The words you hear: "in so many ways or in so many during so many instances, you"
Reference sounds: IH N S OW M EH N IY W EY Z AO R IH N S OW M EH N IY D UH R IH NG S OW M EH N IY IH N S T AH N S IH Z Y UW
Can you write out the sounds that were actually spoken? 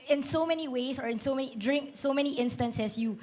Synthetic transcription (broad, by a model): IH N S OW M EH N IY W EY S AO R IH N S OW M EH N IY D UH R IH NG S OW M EH N IY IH N S T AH N S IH S Y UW